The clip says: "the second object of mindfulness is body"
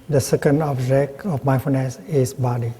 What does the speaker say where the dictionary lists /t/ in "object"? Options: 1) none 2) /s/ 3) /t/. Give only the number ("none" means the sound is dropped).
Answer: 1